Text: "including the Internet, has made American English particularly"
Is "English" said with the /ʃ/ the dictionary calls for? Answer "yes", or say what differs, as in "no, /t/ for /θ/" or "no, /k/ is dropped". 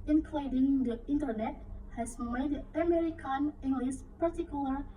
no, /s/ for /ʃ/